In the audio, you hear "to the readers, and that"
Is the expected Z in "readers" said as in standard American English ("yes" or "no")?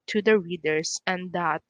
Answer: no